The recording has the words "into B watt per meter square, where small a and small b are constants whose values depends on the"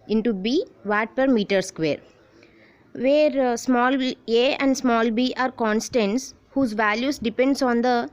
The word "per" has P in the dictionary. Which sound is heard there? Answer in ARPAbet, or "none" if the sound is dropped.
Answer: P